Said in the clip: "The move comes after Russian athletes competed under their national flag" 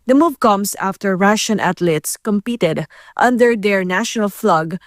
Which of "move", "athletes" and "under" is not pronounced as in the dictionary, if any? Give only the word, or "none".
athletes